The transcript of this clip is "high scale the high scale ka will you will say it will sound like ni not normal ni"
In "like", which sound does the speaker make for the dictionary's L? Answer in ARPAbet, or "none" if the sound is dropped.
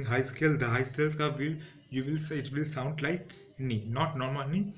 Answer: L